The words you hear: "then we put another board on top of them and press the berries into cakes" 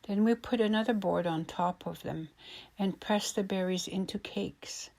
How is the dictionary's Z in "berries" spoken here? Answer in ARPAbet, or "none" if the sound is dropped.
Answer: Z